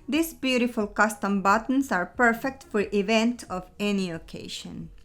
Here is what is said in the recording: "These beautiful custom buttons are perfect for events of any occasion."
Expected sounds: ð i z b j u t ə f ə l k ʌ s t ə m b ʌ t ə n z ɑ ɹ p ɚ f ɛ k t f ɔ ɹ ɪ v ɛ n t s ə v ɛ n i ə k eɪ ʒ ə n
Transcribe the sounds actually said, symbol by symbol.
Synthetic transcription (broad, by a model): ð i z b j u t ə f ə l k ʌ s t ə m b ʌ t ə n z ɑ ɹ p ɚ f ɛ k t f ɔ ɹ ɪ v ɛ n t ə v ɛ n i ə k eɪ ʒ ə n